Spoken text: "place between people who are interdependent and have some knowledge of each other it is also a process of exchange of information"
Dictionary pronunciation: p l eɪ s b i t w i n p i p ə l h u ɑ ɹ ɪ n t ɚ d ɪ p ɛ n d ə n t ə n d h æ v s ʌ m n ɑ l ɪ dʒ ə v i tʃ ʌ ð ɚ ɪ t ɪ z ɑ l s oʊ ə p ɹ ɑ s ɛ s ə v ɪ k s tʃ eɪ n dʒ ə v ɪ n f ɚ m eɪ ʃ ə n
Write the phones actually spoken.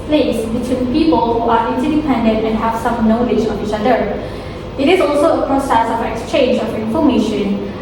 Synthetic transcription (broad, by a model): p l eɪ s b i t w i n p i p ə l h u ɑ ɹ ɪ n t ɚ d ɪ p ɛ n d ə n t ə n h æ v s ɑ m n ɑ l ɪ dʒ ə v i tʃ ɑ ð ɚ ɪ t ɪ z ɑ l s oʊ ə p ɹ ɑ s ɛ s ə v ɪ k s tʃ eɪ n dʒ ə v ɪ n f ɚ m eɪ ʃ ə n